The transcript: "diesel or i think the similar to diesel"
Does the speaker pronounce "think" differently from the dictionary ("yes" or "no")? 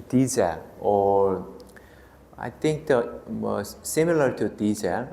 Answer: yes